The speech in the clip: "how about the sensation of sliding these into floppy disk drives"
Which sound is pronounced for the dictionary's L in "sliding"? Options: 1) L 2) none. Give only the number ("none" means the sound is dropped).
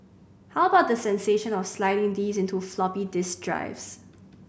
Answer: 1